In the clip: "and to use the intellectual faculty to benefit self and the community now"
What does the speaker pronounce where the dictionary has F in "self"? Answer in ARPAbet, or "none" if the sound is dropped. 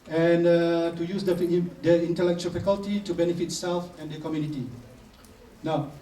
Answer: F